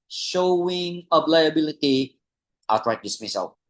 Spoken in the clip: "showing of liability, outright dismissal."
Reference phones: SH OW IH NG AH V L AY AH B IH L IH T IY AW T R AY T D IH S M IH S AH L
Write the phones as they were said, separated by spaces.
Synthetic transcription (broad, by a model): SH OW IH NG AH B L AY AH B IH L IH T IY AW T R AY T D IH S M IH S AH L